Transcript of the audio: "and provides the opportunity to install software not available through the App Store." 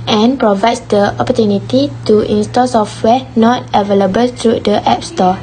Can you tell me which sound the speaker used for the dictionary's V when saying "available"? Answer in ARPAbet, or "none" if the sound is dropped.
V